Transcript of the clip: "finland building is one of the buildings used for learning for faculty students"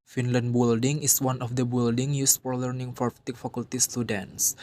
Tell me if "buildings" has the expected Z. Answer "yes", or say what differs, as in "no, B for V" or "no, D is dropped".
no, Z is dropped